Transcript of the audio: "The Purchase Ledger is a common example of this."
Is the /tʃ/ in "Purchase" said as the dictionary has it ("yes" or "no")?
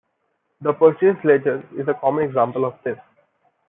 no